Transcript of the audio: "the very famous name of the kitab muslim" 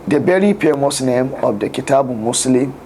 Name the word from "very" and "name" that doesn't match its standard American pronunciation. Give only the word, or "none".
very